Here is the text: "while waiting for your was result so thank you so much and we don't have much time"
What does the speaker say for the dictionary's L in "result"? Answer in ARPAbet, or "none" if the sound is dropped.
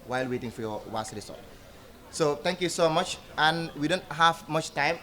none